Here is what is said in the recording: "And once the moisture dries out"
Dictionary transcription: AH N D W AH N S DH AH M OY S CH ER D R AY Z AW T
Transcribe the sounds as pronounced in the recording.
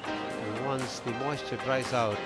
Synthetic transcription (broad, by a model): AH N W AH N S DH AH M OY S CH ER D R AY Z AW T